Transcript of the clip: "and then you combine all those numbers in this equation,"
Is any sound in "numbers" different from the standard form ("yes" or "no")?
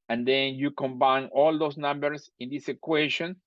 yes